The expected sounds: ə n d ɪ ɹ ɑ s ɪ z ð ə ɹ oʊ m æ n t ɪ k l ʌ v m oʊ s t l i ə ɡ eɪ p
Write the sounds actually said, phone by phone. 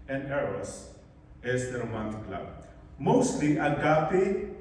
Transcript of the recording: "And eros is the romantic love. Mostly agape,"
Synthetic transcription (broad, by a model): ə n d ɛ ɹ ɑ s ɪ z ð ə ɹ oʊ m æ n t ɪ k l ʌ b m oʊ s t l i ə ɡ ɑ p